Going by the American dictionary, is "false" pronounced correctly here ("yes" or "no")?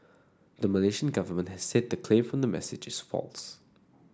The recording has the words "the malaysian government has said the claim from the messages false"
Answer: yes